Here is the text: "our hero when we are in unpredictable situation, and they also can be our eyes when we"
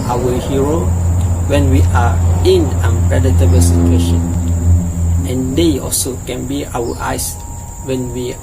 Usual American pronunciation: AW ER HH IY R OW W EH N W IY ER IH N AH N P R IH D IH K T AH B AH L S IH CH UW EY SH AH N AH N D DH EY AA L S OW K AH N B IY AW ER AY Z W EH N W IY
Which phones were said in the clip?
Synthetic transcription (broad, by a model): AW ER HH IY R OW W EH N W IY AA IH N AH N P R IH D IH T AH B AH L S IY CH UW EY SH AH N AH N D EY AA L S OW K AH N B IY AW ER AY S W EH N W IY